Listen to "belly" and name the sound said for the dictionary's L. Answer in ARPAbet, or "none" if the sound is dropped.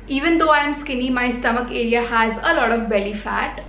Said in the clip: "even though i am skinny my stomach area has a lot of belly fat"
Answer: L